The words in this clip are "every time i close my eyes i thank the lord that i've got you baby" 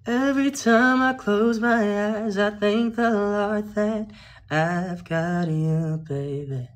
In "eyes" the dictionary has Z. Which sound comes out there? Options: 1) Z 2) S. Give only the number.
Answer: 1